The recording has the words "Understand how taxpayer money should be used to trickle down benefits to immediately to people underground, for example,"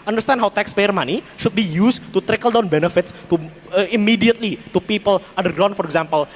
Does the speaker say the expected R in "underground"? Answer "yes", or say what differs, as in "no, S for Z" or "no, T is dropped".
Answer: no, R is dropped